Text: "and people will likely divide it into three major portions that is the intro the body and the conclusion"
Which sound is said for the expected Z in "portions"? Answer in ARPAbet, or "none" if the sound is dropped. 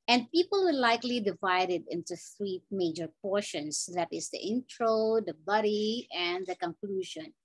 S